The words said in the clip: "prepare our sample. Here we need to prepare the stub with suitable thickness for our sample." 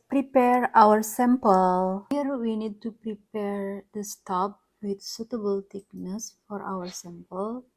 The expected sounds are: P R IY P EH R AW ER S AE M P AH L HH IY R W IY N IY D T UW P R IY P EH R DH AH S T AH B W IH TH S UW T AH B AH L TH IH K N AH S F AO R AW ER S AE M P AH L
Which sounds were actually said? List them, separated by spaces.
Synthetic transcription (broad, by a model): P R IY P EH R AW ER S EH M P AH L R W IY N IY D T UW P R IY P EH R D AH S T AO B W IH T S UW T AH B AH L T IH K N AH S F AO R AW ER S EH M P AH L